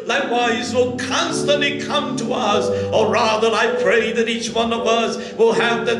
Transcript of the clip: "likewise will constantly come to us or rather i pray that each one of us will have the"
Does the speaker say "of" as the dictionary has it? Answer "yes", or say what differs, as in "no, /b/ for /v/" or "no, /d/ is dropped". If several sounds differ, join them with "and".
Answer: yes